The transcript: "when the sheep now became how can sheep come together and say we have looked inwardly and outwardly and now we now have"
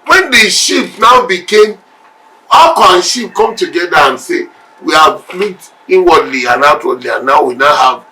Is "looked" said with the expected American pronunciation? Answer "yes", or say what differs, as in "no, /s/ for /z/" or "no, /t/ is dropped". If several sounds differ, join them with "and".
no, /k/ is dropped